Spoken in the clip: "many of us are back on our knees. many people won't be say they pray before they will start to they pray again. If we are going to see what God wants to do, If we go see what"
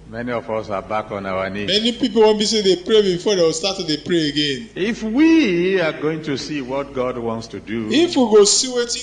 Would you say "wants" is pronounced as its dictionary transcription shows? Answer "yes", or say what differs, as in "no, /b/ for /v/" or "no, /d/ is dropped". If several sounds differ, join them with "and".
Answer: yes